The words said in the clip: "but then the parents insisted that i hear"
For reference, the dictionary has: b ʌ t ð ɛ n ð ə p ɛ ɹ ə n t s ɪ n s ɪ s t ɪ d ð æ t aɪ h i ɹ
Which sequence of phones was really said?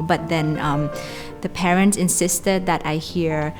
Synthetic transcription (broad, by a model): b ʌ t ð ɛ n ð ə p ɛ ɹ ə n t s ɪ n s ɪ s t ɪ d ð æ t aɪ h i ɹ